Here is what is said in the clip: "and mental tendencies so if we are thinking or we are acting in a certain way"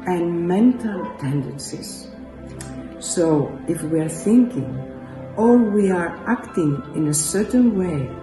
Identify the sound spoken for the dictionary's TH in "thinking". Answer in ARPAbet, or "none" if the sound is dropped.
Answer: TH